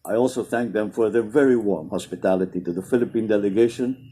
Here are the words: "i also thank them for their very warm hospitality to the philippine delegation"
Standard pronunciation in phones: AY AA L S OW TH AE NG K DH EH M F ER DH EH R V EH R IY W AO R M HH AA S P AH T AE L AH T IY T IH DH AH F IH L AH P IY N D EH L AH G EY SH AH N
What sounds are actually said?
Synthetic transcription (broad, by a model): AY AA L S OW TH AE NG K DH EH M F ER DH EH R V EH R IY W AO R M HH AA S P AH T AE L AH T IY T IH DH AH F IH L AH P IY N D EH L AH G EY SH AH N